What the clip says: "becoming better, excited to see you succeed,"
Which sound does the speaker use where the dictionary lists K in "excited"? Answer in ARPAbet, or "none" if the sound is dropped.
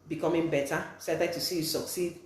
none